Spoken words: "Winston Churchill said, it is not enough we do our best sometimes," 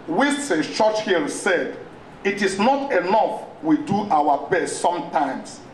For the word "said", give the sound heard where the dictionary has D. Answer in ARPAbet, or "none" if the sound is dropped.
D